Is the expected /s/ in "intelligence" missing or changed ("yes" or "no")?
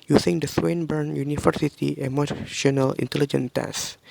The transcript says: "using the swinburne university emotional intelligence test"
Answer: yes